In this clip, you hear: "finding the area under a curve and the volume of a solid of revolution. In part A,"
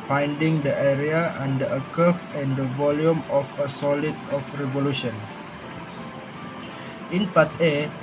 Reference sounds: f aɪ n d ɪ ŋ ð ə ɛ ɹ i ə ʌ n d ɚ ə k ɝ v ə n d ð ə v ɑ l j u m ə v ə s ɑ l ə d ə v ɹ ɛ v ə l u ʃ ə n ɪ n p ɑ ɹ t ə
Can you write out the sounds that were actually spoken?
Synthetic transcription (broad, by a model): f aɪ n d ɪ ŋ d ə ɛ ɹ i ə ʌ n d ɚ ə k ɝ f ə n d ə v ɑ l j u m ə f ə s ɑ l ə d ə f ɹ ɛ v ə l u ʃ ə n ɪ n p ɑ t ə